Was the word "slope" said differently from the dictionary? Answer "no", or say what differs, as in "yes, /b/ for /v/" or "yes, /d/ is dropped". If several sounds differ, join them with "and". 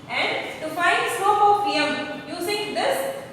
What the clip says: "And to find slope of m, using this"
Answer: yes, /l/ is dropped